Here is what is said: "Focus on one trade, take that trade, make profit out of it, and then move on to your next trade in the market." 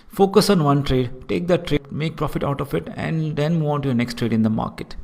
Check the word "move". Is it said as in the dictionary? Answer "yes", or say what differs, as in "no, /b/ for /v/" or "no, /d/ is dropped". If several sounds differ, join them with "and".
no, /v/ is dropped